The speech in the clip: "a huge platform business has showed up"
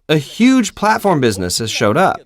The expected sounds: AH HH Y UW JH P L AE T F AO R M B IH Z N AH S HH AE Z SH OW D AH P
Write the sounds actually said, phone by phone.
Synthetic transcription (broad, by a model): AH HH Y UW JH P L AE T F AO R M B IH Z N AH S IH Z SH OW D AH P